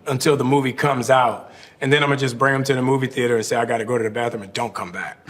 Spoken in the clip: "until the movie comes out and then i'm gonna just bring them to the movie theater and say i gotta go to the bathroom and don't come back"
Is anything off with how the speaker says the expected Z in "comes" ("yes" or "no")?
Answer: no